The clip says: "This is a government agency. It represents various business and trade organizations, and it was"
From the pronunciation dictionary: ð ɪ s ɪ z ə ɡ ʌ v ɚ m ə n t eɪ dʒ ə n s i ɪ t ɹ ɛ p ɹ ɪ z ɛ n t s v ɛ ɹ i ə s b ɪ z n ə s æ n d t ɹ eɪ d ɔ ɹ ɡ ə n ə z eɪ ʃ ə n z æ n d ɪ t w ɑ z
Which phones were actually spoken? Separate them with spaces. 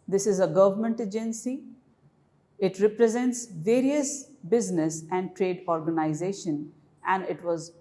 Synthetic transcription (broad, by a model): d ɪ s ɪ z ə ɡ ʌ v ɚ m ə n t eɪ dʒ ə n s i ɪ t ɹ ɛ p ɹ ɪ z ɛ n t s v ɛ ɹ i ə s b ɪ z n ə s æ n d t ɹ eɪ d ɔ ɹ ɡ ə n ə z eɪ ʃ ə n æ n d ɪ t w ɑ z